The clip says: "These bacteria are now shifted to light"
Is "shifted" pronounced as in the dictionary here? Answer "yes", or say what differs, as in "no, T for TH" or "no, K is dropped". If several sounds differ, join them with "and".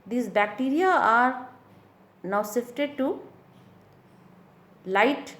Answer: no, S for SH